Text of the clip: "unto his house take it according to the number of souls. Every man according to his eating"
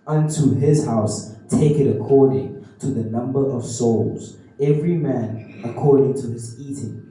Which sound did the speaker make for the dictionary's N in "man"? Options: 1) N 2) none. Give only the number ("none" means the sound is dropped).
1